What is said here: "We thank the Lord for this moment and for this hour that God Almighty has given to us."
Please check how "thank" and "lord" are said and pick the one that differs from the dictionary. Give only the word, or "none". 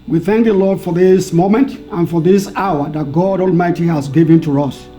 none